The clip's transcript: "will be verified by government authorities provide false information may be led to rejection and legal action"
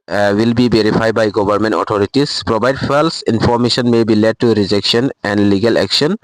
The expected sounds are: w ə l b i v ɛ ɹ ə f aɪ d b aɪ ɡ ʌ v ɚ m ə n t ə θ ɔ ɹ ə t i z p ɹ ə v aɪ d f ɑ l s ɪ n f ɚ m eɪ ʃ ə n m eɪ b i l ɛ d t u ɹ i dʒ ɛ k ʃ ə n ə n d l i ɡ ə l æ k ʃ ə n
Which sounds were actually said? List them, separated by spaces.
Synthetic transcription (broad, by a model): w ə l b i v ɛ ɹ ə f aɪ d b aɪ ɡ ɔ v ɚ m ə n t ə t ɔ ɹ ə t i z p ɹ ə b aɪ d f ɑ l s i n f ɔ m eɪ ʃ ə n m eɪ b i l ɛ d t u ɹ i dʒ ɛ k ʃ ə n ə n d l i ɡ ə l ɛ k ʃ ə n